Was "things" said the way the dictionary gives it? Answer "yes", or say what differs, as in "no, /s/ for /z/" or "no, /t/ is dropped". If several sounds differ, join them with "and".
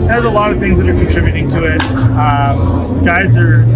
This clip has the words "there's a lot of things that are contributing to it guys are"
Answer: yes